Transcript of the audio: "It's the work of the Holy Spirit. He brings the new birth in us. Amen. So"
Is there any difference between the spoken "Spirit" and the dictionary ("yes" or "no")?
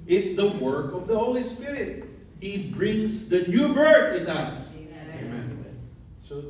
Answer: no